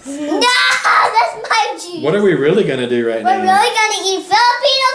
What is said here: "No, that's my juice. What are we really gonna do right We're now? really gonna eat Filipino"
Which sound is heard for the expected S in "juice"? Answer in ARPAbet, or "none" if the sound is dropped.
none